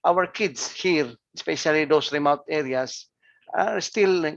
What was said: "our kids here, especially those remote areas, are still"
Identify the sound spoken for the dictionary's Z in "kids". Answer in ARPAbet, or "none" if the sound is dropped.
S